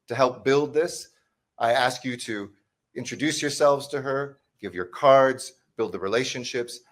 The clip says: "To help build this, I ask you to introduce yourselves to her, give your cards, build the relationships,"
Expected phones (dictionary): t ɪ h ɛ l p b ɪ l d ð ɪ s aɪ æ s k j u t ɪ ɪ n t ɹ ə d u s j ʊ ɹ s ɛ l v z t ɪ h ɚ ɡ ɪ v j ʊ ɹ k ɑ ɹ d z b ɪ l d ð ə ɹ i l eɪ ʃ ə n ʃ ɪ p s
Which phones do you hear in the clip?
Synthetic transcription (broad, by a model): t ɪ h ɛ l p b ɪ l d ð ɪ s aɪ æ s k j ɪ t ɪ ɪ n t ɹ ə d u s j ʊ ɹ s ɛ l v z t ɪ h ɚ ɡ ɪ v j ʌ ɹ k ɑ ɹ d z b ɪ l d ð ə ɹ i l eɪ ʃ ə n ʃ ɪ p s